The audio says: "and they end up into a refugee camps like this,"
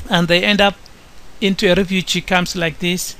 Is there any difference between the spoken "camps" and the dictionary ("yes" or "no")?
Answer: yes